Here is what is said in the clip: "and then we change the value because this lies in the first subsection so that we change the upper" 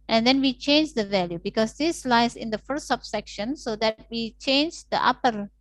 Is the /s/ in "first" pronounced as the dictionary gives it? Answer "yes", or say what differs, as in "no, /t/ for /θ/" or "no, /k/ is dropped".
no, /s/ is dropped